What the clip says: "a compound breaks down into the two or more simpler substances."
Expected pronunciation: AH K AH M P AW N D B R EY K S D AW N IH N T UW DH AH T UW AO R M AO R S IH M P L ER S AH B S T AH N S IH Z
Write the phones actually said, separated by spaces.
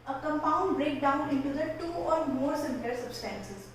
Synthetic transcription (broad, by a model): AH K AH M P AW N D B R EY K D AW N IH N T UW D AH T UW AO R M AO R S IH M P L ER S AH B S T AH N S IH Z